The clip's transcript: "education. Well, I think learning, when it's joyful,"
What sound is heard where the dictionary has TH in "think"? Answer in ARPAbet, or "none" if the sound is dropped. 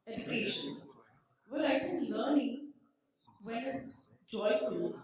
F